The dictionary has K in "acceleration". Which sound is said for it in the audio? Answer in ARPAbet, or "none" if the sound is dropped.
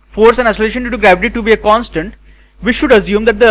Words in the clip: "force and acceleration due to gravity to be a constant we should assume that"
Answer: none